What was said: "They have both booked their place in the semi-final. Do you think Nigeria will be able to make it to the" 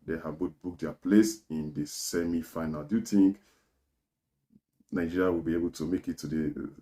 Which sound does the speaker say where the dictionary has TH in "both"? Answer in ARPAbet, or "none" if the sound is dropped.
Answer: T